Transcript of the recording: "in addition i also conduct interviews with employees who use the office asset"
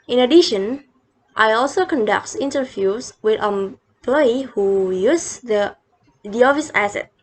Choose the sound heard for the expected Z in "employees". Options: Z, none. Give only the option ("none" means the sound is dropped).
none